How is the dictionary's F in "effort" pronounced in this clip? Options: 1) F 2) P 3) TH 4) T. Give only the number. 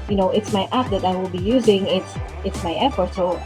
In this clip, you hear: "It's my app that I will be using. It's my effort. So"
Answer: 1